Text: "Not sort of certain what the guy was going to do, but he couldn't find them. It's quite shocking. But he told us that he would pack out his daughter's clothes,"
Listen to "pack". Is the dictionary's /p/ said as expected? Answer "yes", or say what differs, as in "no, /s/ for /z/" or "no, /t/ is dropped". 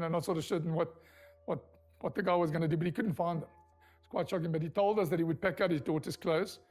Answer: yes